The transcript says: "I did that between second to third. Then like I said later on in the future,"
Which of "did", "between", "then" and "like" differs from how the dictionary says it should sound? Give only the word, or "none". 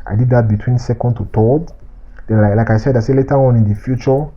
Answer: then